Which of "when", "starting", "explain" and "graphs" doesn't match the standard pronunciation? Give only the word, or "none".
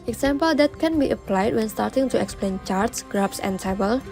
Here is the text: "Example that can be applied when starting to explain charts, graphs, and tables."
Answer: graphs